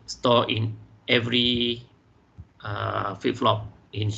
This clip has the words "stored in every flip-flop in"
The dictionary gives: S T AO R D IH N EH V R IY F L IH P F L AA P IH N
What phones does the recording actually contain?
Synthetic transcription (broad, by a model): S T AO IH N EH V R IY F IH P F L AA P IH N